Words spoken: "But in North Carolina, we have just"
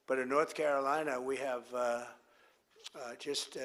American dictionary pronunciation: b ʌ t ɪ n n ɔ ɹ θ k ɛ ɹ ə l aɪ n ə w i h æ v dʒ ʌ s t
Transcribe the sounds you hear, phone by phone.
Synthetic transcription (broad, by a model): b ʌ t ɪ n n ɔ ɹ θ k ɛ ɹ ə l aɪ n ə w i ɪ v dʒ ʌ s t